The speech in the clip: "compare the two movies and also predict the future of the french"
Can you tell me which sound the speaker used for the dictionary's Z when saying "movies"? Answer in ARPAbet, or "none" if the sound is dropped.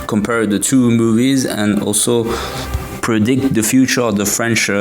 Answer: Z